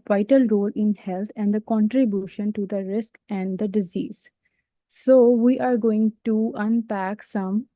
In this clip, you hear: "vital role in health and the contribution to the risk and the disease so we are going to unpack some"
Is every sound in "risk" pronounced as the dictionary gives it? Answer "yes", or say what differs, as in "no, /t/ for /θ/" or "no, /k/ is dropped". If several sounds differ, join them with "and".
yes